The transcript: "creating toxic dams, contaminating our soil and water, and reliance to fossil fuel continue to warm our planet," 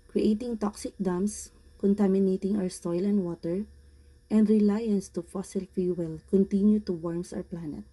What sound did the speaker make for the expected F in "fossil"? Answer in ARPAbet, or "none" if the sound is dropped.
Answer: F